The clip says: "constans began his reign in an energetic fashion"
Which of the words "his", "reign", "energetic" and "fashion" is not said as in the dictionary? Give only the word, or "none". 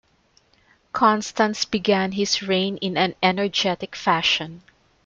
his